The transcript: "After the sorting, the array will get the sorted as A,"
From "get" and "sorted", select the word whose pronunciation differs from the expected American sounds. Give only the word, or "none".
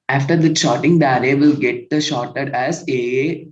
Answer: sorted